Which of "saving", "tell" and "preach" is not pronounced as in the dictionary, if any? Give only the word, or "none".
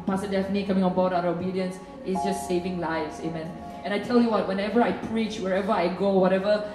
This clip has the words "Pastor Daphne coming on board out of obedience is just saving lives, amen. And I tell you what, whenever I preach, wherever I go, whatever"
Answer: none